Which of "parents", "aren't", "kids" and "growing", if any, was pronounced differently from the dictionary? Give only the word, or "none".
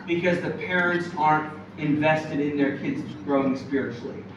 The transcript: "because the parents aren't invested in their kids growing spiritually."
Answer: none